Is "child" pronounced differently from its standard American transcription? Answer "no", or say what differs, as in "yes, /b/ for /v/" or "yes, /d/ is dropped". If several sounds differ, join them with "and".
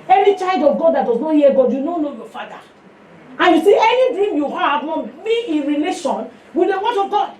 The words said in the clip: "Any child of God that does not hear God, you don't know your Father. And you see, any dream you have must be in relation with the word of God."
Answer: no